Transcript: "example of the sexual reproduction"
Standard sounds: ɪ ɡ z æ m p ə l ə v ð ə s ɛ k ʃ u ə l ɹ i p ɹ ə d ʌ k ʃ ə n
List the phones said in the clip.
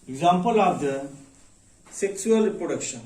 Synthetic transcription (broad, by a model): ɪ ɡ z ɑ m p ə l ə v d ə s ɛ k s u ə l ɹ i p ɹ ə d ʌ k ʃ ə n